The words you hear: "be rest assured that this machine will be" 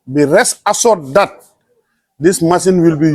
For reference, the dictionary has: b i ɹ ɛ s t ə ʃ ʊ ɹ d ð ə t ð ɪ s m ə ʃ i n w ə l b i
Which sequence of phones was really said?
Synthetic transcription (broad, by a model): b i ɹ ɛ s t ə s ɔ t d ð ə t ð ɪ s m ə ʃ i n w ə l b i